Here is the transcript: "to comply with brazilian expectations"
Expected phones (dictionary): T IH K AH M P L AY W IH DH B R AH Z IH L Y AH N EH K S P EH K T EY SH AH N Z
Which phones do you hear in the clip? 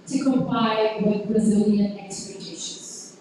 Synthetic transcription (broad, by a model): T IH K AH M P AY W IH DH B R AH Z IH L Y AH N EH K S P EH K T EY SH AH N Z